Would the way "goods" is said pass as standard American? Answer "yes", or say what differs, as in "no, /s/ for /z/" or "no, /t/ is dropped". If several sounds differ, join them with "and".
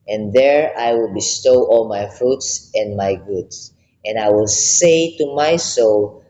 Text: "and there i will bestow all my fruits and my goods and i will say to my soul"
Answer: no, /s/ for /z/